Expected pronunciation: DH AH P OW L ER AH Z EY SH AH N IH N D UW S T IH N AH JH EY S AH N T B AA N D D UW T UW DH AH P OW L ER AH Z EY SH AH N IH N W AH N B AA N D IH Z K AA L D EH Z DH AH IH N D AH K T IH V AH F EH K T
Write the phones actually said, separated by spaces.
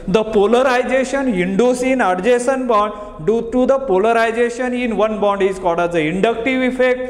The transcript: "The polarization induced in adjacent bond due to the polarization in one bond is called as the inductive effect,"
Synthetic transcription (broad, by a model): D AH P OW L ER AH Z EY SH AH N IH N D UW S IH N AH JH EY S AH N B AA N D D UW T UW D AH P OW L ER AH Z EY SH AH N IH N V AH N B AA N D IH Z K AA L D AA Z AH IH N D AH K T IH V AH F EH K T